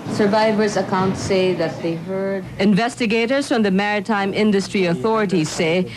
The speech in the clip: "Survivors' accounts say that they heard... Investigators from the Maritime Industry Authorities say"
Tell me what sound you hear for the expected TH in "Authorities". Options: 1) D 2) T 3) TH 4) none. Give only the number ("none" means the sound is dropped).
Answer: 3